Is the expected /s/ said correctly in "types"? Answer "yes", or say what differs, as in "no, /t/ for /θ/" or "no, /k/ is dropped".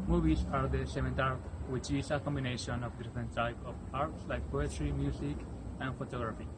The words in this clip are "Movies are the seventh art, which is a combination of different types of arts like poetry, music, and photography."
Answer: no, /s/ is dropped